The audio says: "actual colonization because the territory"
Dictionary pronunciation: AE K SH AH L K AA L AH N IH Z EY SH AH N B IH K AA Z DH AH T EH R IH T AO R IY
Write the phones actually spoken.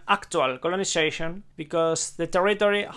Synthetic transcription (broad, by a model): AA K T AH L K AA L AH N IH S EY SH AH N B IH K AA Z DH AH T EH R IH T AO R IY